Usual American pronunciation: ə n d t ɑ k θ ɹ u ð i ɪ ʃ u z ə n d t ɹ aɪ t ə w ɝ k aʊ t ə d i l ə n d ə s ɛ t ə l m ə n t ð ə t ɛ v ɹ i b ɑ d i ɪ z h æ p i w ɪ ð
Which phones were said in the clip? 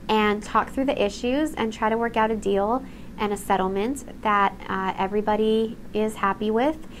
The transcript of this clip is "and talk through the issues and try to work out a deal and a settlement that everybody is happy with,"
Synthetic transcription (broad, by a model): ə n t ɑ k θ ɹ u ð i ɪ ʃ u z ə n t ɹ aɪ t ə w ɝ k aʊ t ə d i l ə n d ə s ɛ t l m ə n ð ə t ɛ v ɹ i b ɑ d i ɪ z h æ p i w ɪ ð